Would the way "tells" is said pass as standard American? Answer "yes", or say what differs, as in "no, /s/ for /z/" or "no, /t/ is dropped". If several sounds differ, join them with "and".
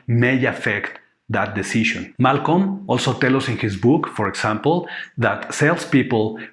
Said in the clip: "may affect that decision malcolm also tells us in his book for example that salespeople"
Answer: no, /z/ is dropped